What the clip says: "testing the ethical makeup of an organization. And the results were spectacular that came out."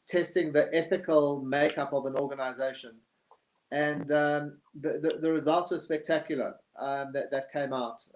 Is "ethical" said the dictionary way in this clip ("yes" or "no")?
yes